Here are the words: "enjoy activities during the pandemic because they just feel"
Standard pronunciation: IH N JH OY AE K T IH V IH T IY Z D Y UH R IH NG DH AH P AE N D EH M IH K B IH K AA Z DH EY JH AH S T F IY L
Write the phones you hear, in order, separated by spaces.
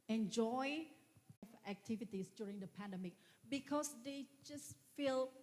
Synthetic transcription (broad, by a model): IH N JH OY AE K T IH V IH T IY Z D Y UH R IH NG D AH P AE N D EH M IH K B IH K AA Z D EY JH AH S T F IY L